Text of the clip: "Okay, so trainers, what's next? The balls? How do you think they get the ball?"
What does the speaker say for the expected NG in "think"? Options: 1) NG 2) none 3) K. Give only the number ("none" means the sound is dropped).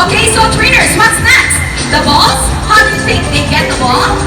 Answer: 2